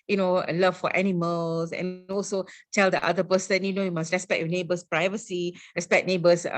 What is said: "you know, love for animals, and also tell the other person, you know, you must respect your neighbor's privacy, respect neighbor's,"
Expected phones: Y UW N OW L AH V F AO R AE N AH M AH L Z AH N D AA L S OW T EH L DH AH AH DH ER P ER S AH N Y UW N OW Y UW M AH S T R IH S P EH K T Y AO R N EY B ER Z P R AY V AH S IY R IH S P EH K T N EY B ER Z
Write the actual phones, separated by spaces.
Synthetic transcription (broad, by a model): Y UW N OW L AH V F AO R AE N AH M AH L S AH N AA L S OW T EH L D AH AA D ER P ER S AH N Y UW N OW Y UW M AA S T R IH S P EH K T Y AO N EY B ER S P R AY V AH S IY R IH S P EH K N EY B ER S